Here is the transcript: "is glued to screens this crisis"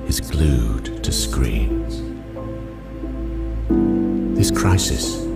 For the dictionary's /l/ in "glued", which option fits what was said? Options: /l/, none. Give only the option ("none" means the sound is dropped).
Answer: /l/